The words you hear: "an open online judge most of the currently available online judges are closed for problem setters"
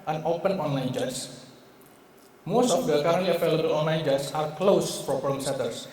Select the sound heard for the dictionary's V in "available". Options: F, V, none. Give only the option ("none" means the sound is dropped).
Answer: F